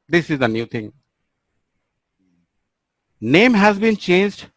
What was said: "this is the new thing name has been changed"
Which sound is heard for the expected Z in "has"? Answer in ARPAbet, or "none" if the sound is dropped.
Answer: Z